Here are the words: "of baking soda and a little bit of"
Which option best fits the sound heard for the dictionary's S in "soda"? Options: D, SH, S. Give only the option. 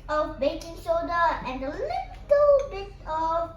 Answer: SH